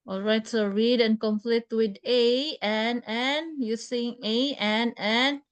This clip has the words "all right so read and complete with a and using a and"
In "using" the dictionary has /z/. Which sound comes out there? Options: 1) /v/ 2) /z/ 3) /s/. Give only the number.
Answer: 3